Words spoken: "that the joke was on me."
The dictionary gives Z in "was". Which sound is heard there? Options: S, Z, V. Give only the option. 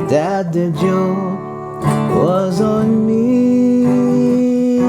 Z